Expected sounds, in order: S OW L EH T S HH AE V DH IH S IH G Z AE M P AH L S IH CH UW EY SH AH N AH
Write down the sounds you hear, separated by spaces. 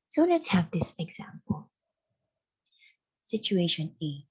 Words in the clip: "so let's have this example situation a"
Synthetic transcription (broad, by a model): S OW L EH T HH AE V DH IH S IH G Z AE M P AH L S IH CH UW EY SH AH N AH